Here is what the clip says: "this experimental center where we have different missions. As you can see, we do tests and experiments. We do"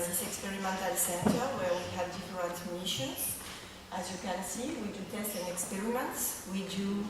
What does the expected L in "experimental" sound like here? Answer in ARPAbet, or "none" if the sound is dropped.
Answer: L